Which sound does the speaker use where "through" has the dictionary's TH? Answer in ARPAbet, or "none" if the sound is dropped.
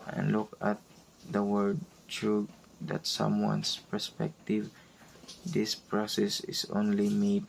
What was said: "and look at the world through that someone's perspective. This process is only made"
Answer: T